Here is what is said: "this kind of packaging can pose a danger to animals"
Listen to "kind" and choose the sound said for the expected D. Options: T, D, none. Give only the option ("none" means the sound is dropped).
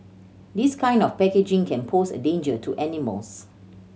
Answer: D